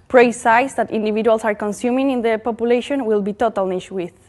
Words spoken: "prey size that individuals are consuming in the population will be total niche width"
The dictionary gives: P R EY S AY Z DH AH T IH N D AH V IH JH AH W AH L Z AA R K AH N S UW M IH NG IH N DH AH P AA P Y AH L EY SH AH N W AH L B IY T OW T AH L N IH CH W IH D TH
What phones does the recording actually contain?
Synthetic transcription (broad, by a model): P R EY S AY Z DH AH T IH N D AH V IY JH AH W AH L S AA R K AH N S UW M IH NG IH N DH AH P AA P Y AH L EY SH AH N W AH L B IY T OW T AH L N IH SH W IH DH